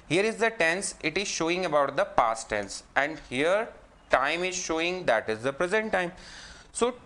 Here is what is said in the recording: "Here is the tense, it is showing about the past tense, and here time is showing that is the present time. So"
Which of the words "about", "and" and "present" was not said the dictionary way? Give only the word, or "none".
none